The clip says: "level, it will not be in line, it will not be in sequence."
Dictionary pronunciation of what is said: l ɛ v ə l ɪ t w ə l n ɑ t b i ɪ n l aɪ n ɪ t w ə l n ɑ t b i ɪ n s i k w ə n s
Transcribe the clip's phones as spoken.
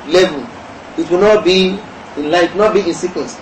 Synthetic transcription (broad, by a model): l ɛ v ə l ɪ t w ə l n ɑ t b i ɪ n l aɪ ɪ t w n ɑ t b i ɪ n s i k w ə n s